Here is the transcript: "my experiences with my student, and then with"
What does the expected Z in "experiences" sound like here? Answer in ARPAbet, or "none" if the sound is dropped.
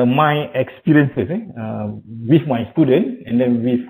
S